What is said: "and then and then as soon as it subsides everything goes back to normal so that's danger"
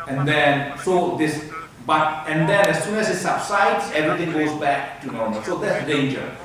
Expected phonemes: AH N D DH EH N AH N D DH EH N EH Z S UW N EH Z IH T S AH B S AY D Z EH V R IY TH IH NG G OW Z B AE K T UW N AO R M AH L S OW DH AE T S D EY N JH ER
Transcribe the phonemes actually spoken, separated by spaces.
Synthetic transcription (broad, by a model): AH N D EH N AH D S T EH N EH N S UW N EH S IH T S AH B S AY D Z EH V R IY T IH NG G OW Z B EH K T UW N AO R M AH L S OW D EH T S D EY N JH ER